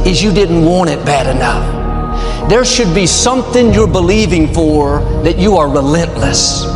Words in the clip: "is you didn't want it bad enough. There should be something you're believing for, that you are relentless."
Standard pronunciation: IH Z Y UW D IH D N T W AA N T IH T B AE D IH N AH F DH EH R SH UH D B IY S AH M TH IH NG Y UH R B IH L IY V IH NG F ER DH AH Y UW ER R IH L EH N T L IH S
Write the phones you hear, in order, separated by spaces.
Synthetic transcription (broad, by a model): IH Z Y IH D IH D N T W AA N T IH T B AE D IH N AH F DH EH R SH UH D B IY S AH M TH IH NG Y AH R B IH L IY V IH NG F ER DH AH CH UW ER R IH L EH N T L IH S